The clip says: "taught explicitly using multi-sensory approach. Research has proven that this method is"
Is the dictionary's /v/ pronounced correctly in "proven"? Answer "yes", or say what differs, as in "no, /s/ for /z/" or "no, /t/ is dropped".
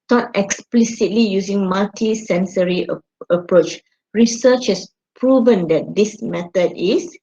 yes